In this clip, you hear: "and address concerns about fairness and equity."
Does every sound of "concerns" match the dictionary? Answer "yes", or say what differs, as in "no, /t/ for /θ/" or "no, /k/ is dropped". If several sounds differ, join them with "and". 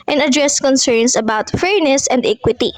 no, /s/ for /z/